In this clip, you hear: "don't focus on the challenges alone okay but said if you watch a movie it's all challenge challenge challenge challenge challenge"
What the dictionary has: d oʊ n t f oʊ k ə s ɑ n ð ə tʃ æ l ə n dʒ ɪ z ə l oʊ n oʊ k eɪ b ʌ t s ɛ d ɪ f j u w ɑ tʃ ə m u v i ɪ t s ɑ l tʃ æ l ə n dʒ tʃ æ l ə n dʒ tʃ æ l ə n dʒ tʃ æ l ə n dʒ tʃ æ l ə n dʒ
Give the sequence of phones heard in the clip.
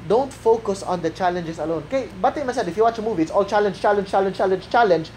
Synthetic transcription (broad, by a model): d oʊ n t f oʊ k ə s ɑ n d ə tʃ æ l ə n dʒ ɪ s ə l oʊ n oʊ k eɪ b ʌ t s ɛ d ɪ f j u w ɑ tʃ ə m u v i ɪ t s ɑ l tʃ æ l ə n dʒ tʃ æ l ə n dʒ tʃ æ l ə n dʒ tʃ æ l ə n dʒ tʃ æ l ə n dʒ